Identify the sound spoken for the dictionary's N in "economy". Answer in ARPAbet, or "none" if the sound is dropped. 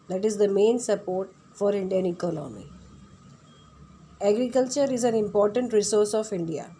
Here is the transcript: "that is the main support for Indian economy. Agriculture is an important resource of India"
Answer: L